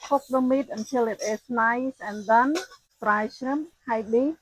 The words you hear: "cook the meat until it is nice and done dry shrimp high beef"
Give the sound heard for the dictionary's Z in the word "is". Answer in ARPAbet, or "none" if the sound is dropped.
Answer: S